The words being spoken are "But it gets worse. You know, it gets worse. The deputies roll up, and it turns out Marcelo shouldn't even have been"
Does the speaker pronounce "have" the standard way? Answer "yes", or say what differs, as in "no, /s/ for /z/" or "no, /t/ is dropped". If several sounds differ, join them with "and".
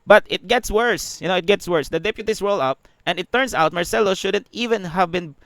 yes